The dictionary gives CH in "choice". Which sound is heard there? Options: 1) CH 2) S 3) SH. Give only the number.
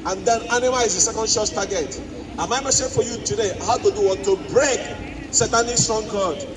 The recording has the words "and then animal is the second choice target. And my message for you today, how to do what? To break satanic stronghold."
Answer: 3